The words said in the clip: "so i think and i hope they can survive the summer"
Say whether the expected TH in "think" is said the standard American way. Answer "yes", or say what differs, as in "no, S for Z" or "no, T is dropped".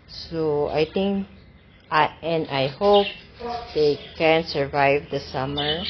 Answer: no, T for TH